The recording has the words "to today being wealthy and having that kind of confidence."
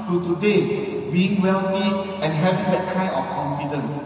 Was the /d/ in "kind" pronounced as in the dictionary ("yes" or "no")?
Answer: no